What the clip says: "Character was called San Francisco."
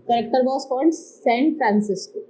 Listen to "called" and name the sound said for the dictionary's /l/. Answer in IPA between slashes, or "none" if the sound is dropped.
/n/